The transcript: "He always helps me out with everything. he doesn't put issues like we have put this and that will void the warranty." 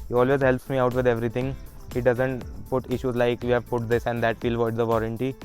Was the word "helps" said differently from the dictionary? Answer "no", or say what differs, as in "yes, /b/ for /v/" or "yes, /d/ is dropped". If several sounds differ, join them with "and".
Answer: no